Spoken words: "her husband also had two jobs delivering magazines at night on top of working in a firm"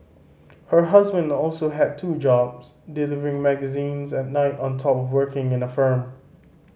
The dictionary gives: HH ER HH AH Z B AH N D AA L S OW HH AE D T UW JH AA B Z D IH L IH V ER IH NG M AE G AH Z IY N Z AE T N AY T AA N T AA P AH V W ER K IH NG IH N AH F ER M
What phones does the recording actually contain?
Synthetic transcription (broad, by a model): HH ER HH AH Z B AH N D AA L S OW HH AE D T UW JH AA B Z D IH L IH V ER IH NG M AE G AH Z IY N Z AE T N AY T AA N T AA P AH V W ER K IH NG IH N AH F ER M